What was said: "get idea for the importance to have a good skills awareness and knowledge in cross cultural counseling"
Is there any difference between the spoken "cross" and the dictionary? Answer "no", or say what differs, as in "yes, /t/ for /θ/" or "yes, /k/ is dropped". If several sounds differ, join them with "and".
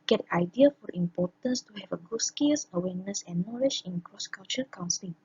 no